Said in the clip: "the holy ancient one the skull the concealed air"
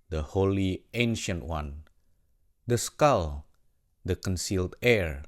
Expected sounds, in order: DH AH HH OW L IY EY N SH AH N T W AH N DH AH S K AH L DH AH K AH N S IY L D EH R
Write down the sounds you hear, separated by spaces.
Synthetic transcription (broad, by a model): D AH HH OW L IY EY N SH AH N T W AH N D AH S K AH L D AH K AH N S IY L D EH R